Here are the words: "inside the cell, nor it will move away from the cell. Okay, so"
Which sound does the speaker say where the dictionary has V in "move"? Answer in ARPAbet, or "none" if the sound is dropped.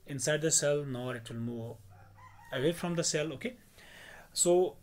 none